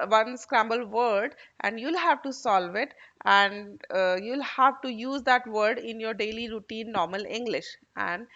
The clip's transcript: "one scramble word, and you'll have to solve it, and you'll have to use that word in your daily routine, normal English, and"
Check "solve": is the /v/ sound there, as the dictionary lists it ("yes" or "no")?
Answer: yes